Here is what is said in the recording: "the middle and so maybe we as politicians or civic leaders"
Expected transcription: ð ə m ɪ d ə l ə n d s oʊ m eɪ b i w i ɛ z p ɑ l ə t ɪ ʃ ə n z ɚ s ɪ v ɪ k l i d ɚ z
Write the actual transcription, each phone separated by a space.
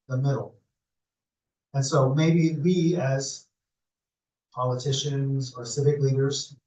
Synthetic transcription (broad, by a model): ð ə m ɪ d l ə n s oʊ m eɪ b i w i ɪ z p ɑ l ə t ɪ ʃ ə n z ɚ s ɪ v ɪ k l i d ɚ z